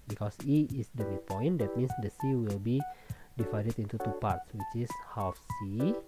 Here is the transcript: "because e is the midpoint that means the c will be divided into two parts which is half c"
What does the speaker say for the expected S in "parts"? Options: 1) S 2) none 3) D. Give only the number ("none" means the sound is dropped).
1